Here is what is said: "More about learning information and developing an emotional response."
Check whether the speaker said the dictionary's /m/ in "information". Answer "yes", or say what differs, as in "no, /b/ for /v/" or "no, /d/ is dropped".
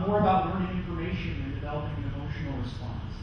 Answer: no, /m/ is dropped